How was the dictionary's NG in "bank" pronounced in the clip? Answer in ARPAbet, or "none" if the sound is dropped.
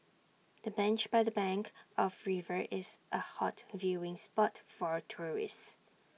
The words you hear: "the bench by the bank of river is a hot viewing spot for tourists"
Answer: NG